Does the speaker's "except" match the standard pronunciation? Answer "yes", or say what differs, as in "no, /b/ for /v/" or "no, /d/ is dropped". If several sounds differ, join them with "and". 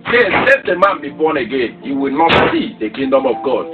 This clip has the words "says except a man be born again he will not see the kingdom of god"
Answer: no, /k/ is dropped